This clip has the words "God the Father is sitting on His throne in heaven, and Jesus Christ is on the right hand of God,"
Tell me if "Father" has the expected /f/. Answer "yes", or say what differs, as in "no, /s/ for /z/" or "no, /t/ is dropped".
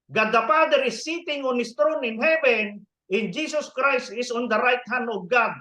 no, /p/ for /f/